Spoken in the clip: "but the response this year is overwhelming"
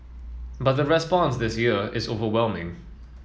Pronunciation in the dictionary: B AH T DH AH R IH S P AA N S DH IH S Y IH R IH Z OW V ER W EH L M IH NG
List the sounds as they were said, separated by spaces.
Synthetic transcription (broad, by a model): B AH T DH AH R IH S P AA N S DH IH S Y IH R IH Z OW V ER W EH L M IH NG